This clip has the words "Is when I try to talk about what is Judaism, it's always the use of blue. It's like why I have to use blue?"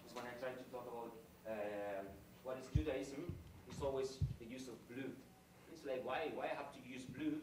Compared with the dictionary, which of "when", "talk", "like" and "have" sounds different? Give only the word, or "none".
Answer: have